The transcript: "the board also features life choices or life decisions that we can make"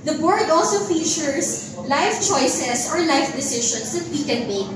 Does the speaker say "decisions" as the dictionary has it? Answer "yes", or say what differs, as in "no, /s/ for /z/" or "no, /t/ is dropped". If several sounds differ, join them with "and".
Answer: no, /ʃ/ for /ʒ/